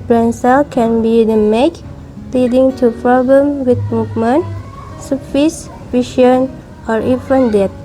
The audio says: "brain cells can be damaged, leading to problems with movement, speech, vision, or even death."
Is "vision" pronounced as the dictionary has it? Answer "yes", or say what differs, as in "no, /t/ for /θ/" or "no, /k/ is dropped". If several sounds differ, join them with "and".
no, /ʃ/ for /ʒ/